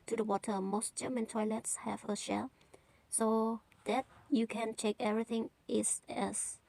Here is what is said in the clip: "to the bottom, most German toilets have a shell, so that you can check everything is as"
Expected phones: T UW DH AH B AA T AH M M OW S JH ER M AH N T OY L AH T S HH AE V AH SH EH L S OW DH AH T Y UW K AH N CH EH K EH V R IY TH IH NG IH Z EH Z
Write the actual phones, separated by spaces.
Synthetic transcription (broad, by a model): T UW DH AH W AA T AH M M OW S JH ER M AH N T OY L AH T S HH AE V AH SH EH L S OW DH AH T Y UW K AH N CH EH K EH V R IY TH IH NG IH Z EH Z